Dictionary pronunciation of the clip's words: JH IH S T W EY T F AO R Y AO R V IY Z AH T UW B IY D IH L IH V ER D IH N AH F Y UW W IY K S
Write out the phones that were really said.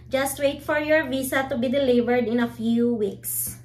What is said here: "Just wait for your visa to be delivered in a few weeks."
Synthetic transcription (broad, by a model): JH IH S T W EY T F AO R Y AO R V IY S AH T UW B IY D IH L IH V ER D IH N AH F Y UW W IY K S